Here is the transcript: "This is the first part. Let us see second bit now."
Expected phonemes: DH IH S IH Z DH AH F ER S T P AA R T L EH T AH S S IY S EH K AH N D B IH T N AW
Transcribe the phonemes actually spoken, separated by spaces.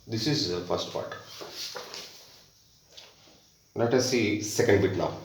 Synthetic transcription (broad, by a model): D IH S IH Z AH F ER S T P AA R T N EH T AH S S IY S EH K AH N D B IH T N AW